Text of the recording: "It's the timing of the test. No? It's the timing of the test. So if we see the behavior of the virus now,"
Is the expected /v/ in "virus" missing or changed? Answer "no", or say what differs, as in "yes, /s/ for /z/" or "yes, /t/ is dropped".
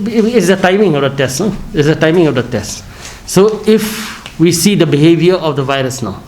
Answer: no